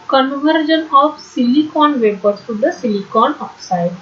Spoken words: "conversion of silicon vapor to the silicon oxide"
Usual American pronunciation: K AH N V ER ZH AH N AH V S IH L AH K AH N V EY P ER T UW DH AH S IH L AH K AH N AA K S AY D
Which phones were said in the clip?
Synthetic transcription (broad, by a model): K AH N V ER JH AH N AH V S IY L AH K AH N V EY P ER S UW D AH S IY L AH K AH N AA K S AY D